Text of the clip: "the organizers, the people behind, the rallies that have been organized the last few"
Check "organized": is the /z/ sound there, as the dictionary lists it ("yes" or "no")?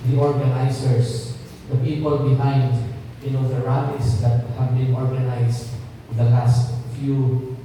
no